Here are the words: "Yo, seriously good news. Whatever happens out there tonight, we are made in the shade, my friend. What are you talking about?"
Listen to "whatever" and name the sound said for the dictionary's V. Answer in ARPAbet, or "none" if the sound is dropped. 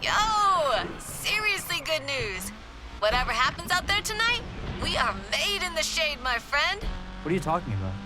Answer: V